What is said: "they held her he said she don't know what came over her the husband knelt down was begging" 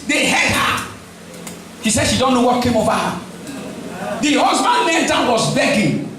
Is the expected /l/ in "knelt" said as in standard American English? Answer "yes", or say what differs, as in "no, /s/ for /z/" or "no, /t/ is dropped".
no, /n/ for /l/